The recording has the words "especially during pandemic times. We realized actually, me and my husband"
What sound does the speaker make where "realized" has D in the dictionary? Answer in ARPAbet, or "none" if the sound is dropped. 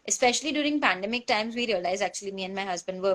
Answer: none